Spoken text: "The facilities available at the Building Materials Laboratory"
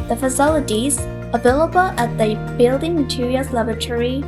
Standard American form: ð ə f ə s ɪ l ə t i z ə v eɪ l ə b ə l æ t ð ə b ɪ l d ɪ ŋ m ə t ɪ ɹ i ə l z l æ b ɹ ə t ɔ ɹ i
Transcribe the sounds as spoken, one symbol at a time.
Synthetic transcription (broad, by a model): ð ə f ə s ɪ l ə t i z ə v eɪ l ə b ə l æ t ð ə b ɪ l d ɪ ŋ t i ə z l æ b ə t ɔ ɹ i